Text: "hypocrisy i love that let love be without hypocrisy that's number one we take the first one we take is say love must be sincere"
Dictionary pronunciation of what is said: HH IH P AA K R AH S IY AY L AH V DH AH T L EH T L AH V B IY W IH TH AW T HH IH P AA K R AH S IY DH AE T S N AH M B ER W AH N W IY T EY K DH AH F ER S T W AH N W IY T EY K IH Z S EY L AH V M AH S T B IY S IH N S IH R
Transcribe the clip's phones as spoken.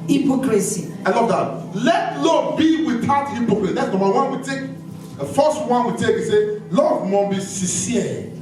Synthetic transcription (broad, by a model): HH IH P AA K R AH S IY AY L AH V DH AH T L EH T L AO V B IY W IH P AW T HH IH P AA K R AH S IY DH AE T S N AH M ER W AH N W IY T EY K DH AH F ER S T W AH N W IY T EY K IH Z S EY L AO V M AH B IY S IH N S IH